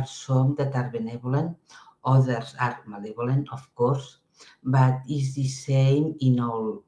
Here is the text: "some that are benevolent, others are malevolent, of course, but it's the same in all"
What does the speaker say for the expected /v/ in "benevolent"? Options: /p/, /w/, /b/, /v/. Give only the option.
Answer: /b/